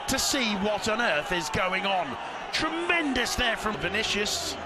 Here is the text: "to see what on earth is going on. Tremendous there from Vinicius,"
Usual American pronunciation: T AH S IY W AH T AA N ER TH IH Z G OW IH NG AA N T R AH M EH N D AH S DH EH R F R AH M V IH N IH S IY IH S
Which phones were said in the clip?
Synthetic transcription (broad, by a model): T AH S IY W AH T N ER TH IH Z G OW IH NG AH N T R AH M EH N D AH S DH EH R F R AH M V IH N IH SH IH S